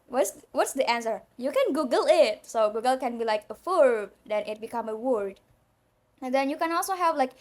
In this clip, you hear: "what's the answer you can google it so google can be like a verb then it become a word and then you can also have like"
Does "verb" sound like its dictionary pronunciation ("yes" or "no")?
no